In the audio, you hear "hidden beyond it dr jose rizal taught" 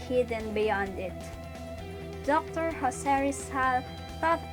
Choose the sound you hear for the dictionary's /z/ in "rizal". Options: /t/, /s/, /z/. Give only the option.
/s/